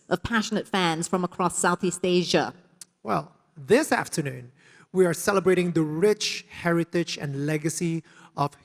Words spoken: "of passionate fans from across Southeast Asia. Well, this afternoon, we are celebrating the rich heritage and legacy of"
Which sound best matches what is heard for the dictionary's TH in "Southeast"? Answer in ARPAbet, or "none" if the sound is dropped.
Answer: TH